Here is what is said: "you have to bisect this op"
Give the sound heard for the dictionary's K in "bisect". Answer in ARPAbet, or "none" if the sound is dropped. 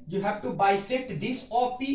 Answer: none